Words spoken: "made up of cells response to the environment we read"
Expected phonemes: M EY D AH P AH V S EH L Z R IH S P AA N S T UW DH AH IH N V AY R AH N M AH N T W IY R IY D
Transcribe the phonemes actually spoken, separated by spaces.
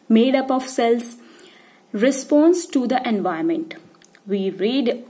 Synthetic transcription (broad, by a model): M EY D AH P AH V S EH L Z R IH S P AA N S T UW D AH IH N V AY AH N M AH N T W IY R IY D